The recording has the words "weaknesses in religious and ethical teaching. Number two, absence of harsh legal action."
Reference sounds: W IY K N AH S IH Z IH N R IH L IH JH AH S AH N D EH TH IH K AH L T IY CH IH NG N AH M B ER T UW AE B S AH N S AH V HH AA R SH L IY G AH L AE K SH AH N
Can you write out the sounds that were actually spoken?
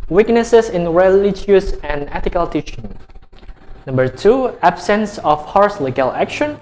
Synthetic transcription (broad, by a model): W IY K N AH S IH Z IH N R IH L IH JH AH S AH N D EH T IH K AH L T IY CH IH NG N AH M B ER T UW AE B S AH N S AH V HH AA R S L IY G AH L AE K SH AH N